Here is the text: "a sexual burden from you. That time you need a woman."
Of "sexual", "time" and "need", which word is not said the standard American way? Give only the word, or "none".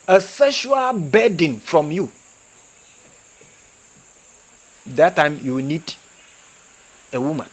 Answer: sexual